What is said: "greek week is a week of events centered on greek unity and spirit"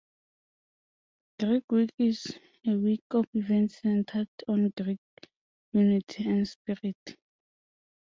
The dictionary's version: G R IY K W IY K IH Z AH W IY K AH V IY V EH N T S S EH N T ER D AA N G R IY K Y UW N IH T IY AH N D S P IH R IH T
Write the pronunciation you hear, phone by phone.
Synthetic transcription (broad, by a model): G R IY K W IY K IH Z AH W IY K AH F IY V EH N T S S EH N T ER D AA N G R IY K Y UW N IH T IY AH N D S P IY R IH T